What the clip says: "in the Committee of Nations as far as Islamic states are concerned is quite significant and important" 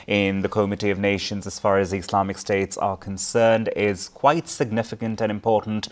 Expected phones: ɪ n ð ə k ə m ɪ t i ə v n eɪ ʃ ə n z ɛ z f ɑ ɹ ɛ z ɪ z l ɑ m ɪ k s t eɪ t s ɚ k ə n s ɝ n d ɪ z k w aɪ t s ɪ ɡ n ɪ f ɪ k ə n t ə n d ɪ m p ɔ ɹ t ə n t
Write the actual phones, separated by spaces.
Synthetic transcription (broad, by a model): ɪ n ð ə k ə m ɪ t i ə v n eɪ ʃ ə n z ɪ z f ɑ ɹ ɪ z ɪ s l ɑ m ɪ k s t eɪ t s ɚ k ə n s ɝ n d ɪ z k w aɪ t s ɪ ɡ n ɪ f ɪ k ə n t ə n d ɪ m p ɔ ɹ t n t